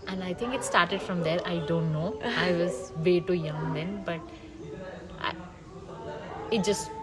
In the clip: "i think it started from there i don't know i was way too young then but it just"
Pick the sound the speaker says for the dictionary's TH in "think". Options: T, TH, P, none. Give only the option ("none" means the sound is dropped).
T